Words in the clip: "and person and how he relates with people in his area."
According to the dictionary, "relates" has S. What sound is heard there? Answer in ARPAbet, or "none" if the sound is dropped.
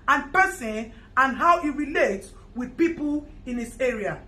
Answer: none